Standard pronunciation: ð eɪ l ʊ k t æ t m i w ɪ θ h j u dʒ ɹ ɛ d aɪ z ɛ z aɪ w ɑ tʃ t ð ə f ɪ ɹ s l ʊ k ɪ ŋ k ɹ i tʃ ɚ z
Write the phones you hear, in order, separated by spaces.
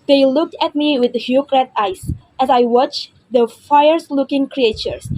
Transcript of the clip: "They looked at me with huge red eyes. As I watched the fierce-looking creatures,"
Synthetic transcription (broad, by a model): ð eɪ l ʊ k t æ t m i w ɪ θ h j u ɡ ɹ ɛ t aɪ s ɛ s aɪ w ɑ tʃ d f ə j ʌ ɹ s l ʊ k ɪ ŋ k ɹ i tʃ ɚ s